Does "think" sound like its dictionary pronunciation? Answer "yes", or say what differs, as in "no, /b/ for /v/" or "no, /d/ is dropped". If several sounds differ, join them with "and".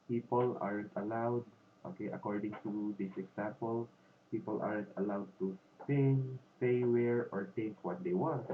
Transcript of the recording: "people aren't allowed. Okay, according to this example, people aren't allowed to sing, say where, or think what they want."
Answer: no, /t/ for /θ/ and /ŋ/ is dropped